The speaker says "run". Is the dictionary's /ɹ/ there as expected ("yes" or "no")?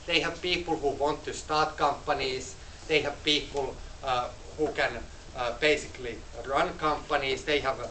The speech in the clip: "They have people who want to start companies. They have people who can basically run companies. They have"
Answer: yes